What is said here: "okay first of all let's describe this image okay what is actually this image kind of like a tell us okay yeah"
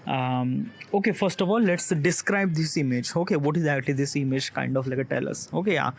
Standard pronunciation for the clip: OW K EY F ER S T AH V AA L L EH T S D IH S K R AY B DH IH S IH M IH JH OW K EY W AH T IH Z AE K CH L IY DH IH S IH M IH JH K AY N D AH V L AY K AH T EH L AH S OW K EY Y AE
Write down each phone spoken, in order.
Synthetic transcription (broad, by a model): OW K EY F ER S T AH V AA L L EH T S D IH S K R AY B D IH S IH M IH JH OW K EY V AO T IH Z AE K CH L IY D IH S IH M IH JH K AY N D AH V L AY K AH T EH L AH S OW K EY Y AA